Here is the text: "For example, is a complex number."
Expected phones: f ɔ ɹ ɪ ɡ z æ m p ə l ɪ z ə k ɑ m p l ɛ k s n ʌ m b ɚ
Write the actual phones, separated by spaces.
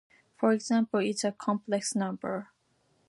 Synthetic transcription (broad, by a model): f ɔ ɹ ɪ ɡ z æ m p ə l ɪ s ə k ɑ m p l ɛ k s n ʌ m b ɚ